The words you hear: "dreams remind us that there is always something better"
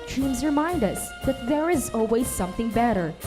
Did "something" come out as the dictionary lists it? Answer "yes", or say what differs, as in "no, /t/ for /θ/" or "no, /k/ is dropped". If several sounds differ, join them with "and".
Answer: yes